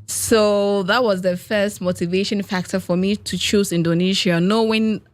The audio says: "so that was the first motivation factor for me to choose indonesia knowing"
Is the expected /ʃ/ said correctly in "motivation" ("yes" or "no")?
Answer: yes